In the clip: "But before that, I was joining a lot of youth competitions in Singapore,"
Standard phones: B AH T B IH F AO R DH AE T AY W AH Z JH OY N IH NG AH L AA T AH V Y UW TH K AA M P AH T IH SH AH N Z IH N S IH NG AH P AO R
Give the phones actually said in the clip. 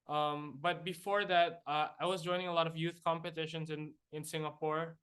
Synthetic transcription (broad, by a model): B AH T B IH F AO R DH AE T AY W AH Z JH OY N IH NG AH L AA T AH V Y UW TH K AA M P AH T IH SH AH N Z IH N S IH NG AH P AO R